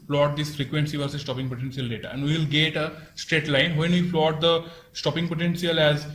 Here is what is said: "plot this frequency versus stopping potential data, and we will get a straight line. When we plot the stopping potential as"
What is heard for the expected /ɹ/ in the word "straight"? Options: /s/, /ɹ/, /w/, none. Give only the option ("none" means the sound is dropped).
/ɹ/